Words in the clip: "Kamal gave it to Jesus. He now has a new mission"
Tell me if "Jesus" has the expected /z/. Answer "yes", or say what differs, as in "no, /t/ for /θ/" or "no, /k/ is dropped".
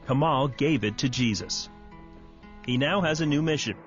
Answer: yes